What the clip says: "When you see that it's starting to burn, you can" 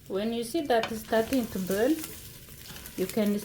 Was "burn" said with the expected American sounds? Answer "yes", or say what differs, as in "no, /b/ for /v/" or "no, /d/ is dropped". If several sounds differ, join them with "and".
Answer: no, /l/ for /n/